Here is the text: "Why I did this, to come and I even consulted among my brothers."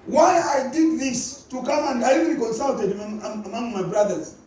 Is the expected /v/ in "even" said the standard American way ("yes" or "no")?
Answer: no